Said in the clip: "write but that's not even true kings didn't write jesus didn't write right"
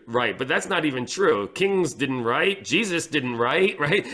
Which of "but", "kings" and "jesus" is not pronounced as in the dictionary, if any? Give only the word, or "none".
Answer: none